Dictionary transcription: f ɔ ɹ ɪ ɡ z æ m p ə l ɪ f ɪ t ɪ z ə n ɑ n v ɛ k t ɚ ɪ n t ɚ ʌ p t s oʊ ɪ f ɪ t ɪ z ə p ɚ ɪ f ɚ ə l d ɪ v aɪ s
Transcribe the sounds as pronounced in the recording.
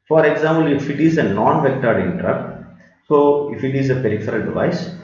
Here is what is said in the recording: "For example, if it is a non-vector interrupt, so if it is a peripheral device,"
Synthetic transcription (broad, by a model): f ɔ ɹ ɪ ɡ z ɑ m p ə l ɪ f ɪ t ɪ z ə n ɑ n v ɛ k t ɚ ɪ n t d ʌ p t s oʊ ɪ f ɪ t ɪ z ə p ɚ ɪ f ɚ ə l d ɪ v aɪ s